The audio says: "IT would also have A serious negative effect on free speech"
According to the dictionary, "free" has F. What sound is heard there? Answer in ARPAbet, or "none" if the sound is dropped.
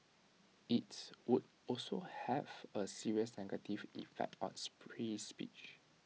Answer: P